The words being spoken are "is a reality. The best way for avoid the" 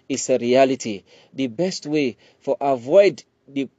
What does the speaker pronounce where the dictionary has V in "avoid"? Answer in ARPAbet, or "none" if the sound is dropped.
V